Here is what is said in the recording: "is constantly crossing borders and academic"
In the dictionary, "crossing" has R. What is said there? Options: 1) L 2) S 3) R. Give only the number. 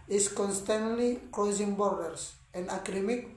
1